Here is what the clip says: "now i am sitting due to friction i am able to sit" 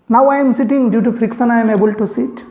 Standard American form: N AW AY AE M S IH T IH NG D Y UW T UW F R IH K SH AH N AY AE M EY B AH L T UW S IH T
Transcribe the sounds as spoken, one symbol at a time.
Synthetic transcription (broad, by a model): N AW AY M S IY T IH NG D Y UW T UW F R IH K S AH N AY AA M EY B AH L T UW S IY T